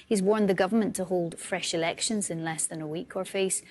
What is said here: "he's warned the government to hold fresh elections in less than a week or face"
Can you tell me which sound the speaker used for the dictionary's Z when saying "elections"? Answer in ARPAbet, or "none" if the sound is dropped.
Z